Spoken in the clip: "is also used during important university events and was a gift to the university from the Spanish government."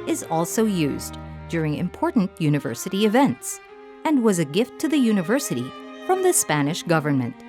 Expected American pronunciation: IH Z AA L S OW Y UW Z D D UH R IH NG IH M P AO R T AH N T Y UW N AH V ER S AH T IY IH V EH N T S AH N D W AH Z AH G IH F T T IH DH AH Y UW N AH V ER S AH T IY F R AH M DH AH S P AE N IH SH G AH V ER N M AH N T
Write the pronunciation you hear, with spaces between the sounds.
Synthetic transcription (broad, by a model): IH Z AA L S OW Y UW Z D D UH R IH NG IH M P AO R T N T Y UW N AH V ER S AH T IY IH V EH N T S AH N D W AH Z AH G IH F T T IH DH AH Y UW N AH V ER S AH T IY F R AH M DH AH S P AE N IH SH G AH V ER N M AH N T